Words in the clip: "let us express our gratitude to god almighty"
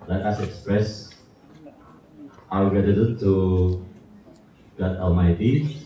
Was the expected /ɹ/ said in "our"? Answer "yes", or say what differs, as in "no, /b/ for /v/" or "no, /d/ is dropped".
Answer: no, /w/ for /ɹ/